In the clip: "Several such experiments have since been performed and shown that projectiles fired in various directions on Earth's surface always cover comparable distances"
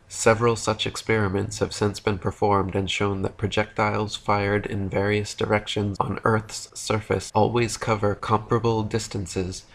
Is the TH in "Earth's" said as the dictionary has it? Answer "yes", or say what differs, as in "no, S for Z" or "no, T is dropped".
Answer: yes